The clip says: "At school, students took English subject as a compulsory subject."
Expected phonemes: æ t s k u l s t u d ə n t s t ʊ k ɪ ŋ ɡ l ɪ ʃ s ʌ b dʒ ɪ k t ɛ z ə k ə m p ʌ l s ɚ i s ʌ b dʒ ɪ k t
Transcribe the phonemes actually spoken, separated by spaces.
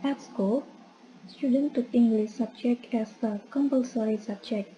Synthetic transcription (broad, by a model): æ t s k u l s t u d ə n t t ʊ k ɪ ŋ ɡ l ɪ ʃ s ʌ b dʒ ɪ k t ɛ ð ə k ə m p ʌ l s ɚ i s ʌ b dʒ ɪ k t